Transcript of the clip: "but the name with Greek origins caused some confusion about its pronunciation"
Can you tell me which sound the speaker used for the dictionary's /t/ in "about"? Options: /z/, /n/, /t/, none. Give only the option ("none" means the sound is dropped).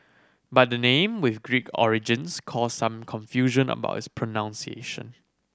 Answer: none